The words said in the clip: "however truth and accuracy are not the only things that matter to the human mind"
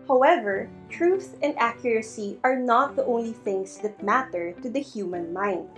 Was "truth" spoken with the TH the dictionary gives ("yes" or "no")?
yes